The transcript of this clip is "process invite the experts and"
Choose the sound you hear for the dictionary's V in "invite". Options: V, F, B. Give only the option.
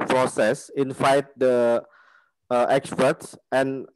F